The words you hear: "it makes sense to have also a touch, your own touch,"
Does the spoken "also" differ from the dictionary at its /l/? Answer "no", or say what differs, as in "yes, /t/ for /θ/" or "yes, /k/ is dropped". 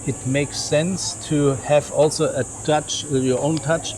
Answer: no